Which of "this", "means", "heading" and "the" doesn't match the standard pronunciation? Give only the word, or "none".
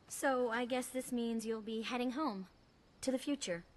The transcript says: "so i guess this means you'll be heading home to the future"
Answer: none